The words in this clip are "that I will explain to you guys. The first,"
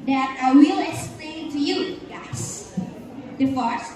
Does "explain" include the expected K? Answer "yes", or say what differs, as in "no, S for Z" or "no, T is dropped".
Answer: no, K is dropped